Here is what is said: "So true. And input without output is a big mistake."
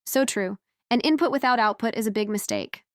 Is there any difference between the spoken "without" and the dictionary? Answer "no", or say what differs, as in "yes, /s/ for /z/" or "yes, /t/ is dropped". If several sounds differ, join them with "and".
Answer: no